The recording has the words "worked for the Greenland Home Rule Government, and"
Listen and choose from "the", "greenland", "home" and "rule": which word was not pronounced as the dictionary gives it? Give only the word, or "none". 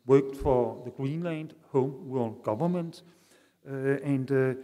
rule